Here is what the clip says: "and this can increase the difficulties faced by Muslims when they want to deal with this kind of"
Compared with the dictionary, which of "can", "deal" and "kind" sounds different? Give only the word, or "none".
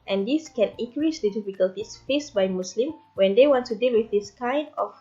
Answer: none